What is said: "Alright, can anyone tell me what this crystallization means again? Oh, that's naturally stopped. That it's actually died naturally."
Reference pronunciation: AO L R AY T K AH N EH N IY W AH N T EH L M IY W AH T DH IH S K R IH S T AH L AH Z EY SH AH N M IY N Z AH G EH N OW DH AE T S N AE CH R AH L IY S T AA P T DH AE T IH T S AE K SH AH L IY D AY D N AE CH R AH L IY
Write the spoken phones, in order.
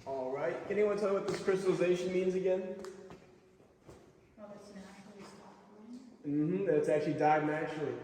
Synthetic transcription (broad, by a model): AO L R AY T K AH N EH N IY W AH N T EH L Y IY W AH T DH IH S K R IH S T L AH Z EY SH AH N M IY N Z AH G EH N OW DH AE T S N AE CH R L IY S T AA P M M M IH T S AE K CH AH L IY D AY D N AE CH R L IY